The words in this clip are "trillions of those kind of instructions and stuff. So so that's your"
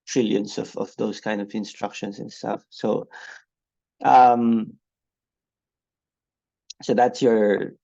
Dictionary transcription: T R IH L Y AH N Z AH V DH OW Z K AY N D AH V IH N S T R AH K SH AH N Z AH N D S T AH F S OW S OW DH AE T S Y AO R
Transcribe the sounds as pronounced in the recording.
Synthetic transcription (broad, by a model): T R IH L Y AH N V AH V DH OW S K AY N D AH V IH N S T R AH K SH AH N S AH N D S T AH F S OW S OW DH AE T S Y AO R